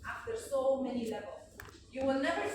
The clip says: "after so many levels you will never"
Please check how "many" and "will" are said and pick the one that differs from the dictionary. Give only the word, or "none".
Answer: none